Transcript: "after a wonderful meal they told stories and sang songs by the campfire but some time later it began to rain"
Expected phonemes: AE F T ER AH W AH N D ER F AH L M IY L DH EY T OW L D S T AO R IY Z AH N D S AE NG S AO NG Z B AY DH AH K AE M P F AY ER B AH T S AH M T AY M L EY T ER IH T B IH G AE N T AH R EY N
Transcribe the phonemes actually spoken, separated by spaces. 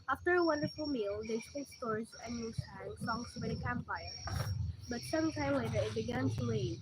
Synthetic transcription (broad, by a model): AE F T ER AH W AH N D ER F AH L M IY L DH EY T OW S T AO R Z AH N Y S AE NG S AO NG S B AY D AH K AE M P AY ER B AH T S AH M T AY M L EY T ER IH T B IH G AE N T AH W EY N